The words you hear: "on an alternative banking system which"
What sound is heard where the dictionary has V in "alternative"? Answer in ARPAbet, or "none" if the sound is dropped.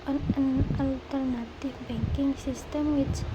F